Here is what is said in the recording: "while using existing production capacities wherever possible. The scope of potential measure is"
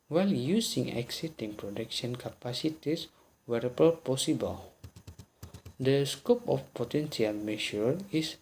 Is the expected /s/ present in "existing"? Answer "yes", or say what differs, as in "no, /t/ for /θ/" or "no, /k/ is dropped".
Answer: no, /s/ is dropped